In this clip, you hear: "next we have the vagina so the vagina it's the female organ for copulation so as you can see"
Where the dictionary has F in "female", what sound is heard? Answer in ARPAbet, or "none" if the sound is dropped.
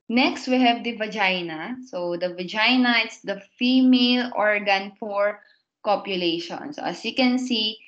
F